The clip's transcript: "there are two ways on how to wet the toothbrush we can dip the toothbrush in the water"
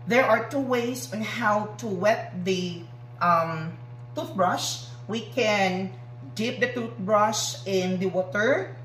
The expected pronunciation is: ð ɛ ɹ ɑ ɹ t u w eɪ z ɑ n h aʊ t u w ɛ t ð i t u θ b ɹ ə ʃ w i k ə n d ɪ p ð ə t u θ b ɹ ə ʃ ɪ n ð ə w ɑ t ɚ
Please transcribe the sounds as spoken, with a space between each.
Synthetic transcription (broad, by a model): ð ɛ ɹ ɑ ɹ t u w eɪ s ɑ n h aʊ t u w ɛ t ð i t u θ b ɹ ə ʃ w i k ə n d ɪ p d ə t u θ b ɹ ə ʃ ɪ n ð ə w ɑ t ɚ